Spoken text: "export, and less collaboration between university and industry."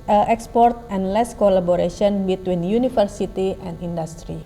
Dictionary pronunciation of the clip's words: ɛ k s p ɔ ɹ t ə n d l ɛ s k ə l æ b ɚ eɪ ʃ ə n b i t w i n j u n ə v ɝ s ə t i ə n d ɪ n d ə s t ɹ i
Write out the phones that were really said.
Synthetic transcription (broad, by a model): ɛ k s p ɔ ɹ t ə n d l ɛ s k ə l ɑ b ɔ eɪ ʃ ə n b i t w i n j u n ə f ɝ s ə t i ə n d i n d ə s t ɹ i